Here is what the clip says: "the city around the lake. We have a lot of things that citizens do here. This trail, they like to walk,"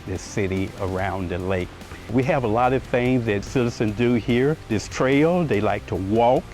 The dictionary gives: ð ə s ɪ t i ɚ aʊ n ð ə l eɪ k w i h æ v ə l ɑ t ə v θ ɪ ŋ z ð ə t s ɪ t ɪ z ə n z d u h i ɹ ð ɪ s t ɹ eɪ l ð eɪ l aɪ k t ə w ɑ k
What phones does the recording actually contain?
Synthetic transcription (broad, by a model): ð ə s ɪ t i ɚ aʊ n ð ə l eɪ k w i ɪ v ə l ɑ t ə v θ ɪ ŋ z ð ə t s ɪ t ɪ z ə n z d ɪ h i ɹ ð ɪ s t ɹ eɪ l ð eɪ l aɪ k t ə w ɑ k